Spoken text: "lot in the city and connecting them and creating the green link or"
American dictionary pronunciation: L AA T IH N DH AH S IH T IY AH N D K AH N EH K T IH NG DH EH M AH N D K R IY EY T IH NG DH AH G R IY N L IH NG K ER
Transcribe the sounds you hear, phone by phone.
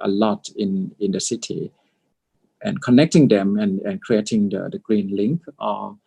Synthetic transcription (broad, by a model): L AA T IH N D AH S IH T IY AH N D K AH N EH K T IH NG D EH M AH N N K R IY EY T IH NG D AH G R IY N L IH NG K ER